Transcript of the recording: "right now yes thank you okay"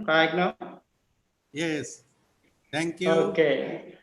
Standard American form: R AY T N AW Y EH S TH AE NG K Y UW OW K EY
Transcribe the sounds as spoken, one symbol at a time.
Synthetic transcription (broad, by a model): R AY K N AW Y EH S T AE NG K Y UW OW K EY